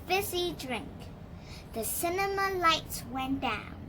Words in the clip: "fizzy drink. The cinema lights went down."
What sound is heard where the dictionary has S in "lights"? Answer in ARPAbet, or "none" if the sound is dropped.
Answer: S